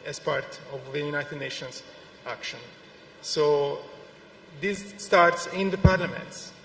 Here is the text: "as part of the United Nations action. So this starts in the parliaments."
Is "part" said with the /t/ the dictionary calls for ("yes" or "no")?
yes